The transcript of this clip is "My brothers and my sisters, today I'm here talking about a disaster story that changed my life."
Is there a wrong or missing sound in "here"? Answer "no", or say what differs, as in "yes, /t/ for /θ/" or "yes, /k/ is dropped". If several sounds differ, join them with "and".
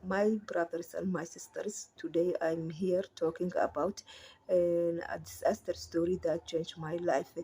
no